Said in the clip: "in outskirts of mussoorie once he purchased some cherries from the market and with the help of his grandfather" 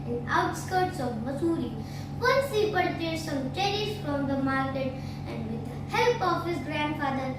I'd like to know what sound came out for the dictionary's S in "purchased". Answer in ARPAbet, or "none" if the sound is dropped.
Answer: none